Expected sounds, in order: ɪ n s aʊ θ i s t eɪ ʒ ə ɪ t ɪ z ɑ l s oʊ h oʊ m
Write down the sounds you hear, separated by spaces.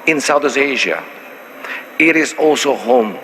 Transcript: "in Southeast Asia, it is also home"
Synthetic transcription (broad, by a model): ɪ n s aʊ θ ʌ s eɪ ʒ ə ɪ t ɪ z ɑ l s oʊ h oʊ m